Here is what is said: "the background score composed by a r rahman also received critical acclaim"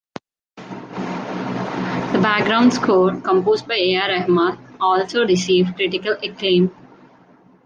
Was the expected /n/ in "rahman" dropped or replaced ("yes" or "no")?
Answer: yes